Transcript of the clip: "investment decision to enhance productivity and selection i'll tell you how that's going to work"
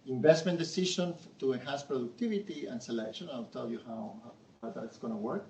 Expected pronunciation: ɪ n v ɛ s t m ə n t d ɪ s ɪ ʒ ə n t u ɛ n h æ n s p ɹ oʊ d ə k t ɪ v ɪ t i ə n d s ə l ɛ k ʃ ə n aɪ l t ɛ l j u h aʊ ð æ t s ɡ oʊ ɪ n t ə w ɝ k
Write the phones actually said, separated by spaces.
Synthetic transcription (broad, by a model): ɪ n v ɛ s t m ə n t d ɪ s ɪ ʃ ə n t u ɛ n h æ n s p ɹ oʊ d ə k t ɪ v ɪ t i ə n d s ə l ɛ k ʃ ə n aɪ l t ɛ l j u h aʊ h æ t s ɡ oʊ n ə w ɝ k